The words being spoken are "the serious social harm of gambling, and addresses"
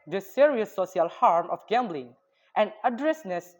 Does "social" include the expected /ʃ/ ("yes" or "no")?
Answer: no